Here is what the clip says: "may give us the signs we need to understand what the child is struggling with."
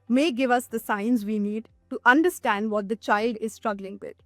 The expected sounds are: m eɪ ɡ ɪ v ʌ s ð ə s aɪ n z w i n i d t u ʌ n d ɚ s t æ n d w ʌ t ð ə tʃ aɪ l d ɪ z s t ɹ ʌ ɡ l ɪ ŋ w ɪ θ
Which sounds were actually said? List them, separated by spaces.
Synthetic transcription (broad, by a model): m eɪ ɡ ɪ v ʌ s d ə s aɪ n z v i n i d t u ʌ n d ɚ s t æ n d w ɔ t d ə tʃ aɪ l d ɪ z s t ɹ ʌ ɡ l ɪ ŋ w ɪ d